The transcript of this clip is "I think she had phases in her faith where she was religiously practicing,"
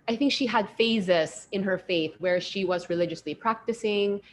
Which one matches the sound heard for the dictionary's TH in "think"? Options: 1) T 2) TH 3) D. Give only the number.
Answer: 2